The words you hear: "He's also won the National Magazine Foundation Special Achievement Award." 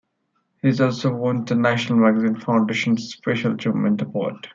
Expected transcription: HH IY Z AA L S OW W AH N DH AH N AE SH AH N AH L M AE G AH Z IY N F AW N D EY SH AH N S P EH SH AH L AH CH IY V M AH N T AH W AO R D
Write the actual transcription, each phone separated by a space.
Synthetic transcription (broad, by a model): HH IY Z AA L S OW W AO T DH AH N AE SH AH N AH L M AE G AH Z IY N F AW N D EY SH AH N S P EH SH AH L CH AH M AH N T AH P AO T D